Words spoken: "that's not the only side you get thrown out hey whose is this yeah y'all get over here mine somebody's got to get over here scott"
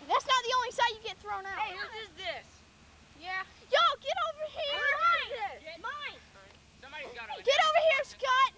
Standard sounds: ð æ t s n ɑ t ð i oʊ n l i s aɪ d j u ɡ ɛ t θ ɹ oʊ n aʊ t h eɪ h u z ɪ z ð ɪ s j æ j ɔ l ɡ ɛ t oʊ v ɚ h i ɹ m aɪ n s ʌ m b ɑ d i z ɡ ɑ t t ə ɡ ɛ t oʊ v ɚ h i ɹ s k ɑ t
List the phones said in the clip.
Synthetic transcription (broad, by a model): ð æ t s n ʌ t ð i oʊ n l i s aɪ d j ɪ ɡ ɛ t θ ɹ oʊ n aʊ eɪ ɪ z ð ɪ s j æ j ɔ ɡ ɛ t oʊ v ɚ h i ɹ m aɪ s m ɑ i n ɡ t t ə ɡ ɛ t oʊ v ɚ h i ɹ s k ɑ t